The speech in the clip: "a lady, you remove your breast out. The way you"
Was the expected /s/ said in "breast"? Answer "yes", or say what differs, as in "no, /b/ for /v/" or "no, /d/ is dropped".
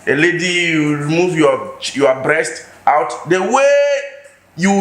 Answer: yes